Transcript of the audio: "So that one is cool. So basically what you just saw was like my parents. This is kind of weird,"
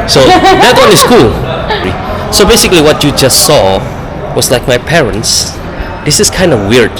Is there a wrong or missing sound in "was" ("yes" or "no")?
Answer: yes